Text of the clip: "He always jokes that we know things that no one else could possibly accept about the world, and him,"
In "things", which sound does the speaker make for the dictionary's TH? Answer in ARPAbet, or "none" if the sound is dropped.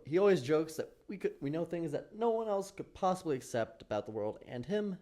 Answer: TH